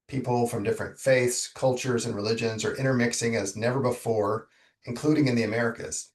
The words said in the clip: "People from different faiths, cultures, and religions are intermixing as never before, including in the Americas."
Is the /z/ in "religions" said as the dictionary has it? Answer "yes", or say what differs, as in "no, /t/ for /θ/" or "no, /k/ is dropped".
yes